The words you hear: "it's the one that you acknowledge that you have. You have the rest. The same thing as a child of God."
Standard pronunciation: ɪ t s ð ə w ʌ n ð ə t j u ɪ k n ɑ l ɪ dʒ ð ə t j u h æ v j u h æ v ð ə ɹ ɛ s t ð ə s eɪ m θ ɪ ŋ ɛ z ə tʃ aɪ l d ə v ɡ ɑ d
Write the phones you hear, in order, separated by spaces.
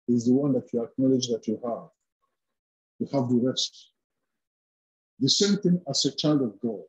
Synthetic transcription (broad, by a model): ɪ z ð ə w ʌ n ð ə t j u ɪ k n ɑ l ɪ dʒ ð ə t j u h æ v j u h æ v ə ɹ ɛ s t ð ə s eɪ m θ ɪ ŋ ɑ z ə tʃ aɪ l d ə v ɡ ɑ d